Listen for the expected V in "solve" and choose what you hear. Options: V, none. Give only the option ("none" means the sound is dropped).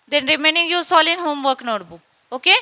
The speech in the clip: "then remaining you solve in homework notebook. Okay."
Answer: none